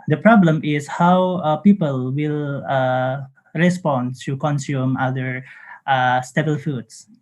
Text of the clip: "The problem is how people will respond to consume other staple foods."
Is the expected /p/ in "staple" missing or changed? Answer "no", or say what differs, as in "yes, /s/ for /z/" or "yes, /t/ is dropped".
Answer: yes, /b/ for /p/